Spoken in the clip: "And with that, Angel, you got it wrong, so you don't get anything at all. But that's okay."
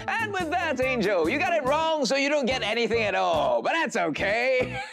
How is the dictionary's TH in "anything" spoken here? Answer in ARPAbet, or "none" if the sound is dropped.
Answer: TH